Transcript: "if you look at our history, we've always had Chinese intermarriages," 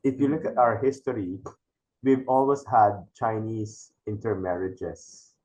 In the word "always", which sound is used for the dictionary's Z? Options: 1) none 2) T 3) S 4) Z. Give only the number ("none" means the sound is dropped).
3